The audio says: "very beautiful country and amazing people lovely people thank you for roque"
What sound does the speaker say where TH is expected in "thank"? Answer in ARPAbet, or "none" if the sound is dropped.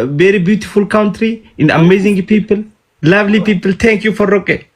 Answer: T